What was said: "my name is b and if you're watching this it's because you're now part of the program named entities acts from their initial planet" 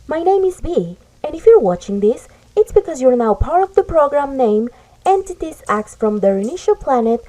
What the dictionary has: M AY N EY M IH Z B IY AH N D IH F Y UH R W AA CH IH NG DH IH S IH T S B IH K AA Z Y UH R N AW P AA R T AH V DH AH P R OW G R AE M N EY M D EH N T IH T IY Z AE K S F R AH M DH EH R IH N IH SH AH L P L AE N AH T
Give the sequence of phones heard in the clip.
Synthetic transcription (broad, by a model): M AY N EY M IH Z B IY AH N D IH F Y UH R W AA CH IH NG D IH S IH T S B IH K AA Z Y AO R N AW P AA R T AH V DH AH P R OW G R AE M N EY M EH N T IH T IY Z AE K S F R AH M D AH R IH N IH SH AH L P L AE N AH T